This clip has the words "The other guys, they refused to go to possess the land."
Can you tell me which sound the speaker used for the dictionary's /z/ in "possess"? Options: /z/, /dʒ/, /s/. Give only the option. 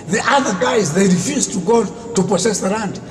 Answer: /s/